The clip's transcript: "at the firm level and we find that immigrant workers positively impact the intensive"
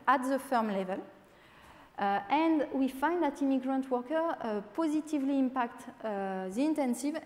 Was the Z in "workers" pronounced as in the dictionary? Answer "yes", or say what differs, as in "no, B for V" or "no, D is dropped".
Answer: no, Z is dropped